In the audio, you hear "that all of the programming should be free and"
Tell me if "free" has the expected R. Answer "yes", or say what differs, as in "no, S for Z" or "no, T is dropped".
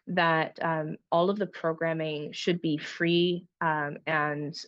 yes